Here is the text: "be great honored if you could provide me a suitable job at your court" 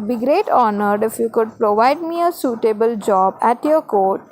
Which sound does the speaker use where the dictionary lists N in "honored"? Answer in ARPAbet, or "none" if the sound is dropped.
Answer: N